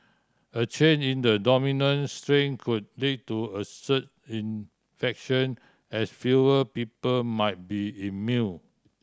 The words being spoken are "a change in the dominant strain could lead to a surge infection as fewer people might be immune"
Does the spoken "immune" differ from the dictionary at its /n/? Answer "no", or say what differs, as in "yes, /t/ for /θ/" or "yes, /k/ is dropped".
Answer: yes, /l/ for /n/